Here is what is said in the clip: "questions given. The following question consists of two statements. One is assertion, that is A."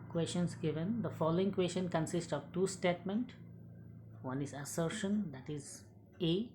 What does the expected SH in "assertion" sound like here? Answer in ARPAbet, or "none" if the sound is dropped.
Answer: SH